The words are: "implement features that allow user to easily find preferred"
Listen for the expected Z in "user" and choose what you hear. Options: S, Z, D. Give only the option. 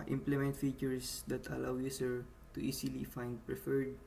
S